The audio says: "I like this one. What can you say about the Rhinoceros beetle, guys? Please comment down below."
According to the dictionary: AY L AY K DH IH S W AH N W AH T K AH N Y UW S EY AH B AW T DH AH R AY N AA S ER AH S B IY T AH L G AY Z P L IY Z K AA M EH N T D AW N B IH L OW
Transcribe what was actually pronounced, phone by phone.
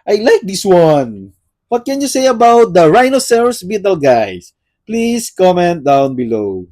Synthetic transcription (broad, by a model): AY L AY K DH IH S W AH N W AH T K AH N Y UW S EY AH B AW T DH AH R AY N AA S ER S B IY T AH L G AY S P L IY S K AA M EH N T D AW N B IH L OW